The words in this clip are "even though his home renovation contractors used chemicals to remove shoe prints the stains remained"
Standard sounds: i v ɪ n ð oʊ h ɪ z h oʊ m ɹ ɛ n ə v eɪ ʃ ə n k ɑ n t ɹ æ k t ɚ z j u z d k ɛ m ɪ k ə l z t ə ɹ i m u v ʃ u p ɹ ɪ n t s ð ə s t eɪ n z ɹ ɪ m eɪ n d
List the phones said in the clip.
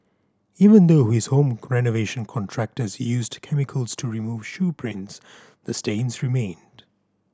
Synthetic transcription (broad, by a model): i v ɪ n ð oʊ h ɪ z h oʊ m ɹ ɛ n ə v eɪ ʃ ə n k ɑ n t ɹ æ k t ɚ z j u z d k ɛ m ɪ k ə l z t ə ɹ i m u v ʃ u p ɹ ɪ n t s ð ə s t eɪ n z ɹ ɪ m eɪ n d